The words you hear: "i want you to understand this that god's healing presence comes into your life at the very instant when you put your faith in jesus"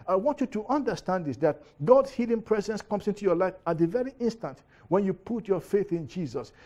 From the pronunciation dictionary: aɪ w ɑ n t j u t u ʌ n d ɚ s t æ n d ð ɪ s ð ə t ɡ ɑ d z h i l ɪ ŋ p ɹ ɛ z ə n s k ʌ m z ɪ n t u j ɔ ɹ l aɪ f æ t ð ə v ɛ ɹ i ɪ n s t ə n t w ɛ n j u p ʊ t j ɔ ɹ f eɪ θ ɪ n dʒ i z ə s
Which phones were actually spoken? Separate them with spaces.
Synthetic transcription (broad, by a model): aɪ w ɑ n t j u t u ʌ n d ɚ s t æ n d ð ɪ s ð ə t ɡ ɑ d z h i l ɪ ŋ p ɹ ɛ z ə n s k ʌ m s ɪ n t u j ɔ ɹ l aɪ f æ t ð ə v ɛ ɹ i ɪ n s t ə n t w ɛ n j u p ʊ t j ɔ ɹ f eɪ θ ɪ n dʒ i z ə s